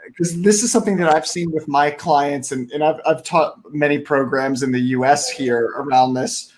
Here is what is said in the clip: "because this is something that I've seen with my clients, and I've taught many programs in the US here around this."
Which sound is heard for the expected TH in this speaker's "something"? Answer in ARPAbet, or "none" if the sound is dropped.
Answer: TH